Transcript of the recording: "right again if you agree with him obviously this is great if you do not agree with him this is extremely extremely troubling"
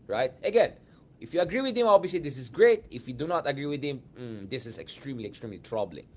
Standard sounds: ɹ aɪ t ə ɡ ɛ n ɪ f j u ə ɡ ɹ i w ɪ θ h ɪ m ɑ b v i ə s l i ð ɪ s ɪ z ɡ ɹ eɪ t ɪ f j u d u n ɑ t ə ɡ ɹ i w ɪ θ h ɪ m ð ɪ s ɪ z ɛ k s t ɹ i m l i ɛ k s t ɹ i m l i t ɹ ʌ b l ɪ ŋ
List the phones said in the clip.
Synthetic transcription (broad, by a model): ɹ aɪ t ə ɡ ɛ n ɪ f j u ə ɡ ɹ i w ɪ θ h ɪ m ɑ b i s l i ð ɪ s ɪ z ɡ ɹ eɪ t ɪ f j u d u n ɑ t ə ɡ ɹ i w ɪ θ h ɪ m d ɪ s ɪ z ɛ k s t ɹ i m l i ɛ k s t ɹ i m l i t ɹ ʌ b l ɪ ŋ